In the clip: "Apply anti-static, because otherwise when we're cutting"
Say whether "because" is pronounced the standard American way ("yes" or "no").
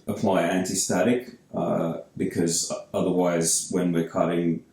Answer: yes